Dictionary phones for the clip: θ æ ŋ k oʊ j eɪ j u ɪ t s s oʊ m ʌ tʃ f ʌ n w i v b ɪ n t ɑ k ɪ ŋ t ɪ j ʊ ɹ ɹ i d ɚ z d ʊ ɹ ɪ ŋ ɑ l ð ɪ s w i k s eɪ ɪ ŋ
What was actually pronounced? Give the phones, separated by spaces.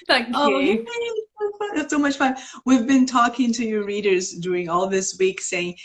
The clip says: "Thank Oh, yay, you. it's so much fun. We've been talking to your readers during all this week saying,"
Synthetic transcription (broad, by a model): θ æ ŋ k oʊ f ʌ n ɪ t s s oʊ m ʌ tʃ f ʌ n w i v b ɪ n t ɑ k ɪ ŋ t ɪ j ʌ ɹ ɹ i d ɚ z d ʊ ɹ ɪ ŋ ɑ l ð ɪ s w i k s eɪ ɪ ŋ